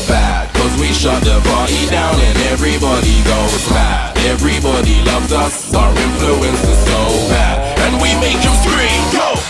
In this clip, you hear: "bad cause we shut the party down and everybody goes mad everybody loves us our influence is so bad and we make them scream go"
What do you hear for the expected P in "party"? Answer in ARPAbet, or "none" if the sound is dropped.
B